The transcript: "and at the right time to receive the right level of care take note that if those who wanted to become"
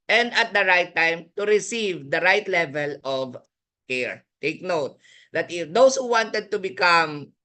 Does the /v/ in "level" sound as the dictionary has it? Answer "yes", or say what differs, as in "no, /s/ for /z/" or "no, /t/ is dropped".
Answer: yes